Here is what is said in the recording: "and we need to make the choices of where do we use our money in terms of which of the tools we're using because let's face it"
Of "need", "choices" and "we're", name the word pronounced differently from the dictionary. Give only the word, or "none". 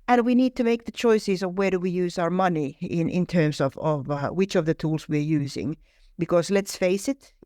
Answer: none